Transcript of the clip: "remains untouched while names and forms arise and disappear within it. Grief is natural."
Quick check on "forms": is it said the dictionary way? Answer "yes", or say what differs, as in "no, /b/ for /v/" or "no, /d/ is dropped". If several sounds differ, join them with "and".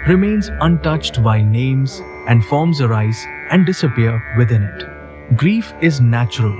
yes